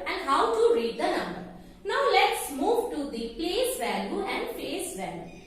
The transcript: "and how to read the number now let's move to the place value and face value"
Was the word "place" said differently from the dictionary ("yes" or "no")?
no